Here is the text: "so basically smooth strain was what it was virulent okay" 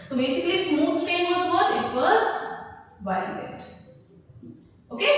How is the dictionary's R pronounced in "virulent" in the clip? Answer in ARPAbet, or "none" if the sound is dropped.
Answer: none